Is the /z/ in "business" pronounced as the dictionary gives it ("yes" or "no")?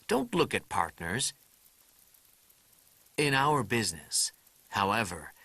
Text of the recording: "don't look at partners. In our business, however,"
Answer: yes